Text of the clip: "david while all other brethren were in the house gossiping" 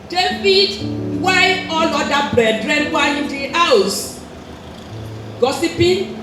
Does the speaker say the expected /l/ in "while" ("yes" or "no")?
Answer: no